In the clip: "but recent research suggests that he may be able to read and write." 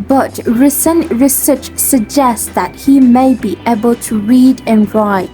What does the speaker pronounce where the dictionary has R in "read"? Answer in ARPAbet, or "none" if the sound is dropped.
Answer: R